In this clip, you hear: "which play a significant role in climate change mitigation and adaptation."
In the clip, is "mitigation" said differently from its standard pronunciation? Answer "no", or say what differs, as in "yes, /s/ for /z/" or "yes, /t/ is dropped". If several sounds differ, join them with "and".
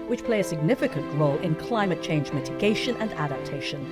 no